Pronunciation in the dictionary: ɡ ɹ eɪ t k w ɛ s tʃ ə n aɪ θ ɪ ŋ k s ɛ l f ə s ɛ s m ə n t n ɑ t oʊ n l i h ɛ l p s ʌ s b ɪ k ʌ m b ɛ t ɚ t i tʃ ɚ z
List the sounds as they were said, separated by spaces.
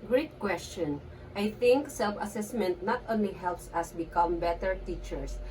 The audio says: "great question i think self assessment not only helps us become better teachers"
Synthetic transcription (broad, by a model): ɡ ɹ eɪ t k w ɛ s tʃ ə n aɪ θ ɪ ŋ k s ɛ l f ə s ɛ s m ə n t n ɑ t oʊ n l i h ɛ l p s ʌ s b ɪ k ʌ m b ɛ t ɚ t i tʃ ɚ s